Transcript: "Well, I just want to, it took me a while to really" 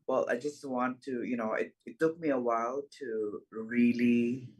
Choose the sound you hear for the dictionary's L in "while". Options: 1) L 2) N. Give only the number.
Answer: 1